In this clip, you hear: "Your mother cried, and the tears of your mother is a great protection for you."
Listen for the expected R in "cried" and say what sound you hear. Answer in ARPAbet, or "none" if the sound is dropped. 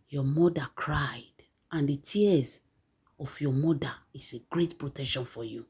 R